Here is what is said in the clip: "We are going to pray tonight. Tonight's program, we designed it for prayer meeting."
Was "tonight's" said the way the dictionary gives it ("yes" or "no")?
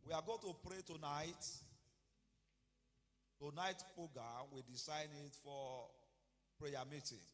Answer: no